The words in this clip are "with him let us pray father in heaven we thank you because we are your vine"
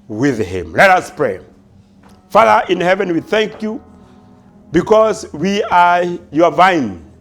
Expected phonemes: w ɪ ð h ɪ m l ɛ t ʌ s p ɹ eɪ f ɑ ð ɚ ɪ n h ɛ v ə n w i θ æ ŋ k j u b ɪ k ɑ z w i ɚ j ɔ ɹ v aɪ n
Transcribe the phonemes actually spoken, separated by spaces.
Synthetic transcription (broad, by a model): w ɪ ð h ɪ m l ɛ t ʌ s p ɹ eɪ f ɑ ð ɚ ɪ n h ɛ v ə n w i θ æ ŋ k j u b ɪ k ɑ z w i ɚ j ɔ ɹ v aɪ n